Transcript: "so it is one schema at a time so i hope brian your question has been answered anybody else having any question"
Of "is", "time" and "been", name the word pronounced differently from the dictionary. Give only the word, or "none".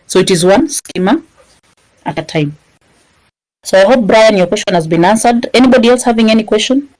none